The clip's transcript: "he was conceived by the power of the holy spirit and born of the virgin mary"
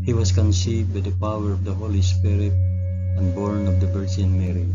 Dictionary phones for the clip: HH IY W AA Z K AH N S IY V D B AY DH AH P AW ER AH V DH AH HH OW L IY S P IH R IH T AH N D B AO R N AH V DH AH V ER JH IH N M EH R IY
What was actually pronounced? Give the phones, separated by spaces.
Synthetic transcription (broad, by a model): HH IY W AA S K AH N S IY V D B AY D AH P AW ER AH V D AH HH OW L IY S P IH R IH T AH N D B AO R N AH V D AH B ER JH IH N M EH R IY